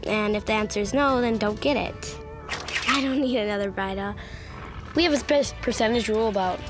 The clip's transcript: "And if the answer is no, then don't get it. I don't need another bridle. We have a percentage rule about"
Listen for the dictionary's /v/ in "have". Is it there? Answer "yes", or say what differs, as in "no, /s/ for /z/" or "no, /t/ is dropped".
no, /p/ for /v/